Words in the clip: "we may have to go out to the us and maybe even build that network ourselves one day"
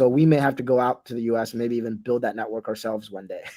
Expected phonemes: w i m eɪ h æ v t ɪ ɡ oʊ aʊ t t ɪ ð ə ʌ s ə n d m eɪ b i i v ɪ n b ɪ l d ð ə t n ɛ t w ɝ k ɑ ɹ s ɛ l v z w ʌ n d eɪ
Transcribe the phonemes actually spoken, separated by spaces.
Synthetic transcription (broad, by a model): w i m eɪ h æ f t ɪ ɡ oʊ aʊ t t ɪ ð ə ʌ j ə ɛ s m eɪ b i i v ɪ n b ɪ l d ð ə t n ɛ t w ɝ k ɑ ɹ s ɛ l v z w ʌ n d eɪ